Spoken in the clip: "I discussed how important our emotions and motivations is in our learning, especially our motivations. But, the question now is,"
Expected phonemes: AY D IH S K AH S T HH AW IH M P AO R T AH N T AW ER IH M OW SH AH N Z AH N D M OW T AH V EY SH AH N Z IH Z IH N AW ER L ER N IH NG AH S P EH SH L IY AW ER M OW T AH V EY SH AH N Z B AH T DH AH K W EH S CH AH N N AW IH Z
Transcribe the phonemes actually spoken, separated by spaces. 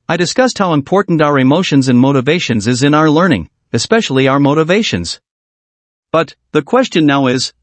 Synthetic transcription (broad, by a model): AY D IH S K AH S T HH AW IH M P AO R T N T AW ER IH M OW SH AH N Z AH N M OW T AH V EY SH AH N Z IH Z IH N AW ER L ER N IH NG AH S P EH SH L IY AW ER M OW T AH V EY SH AH N Z B AH T DH AH K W EH S CH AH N N AW IH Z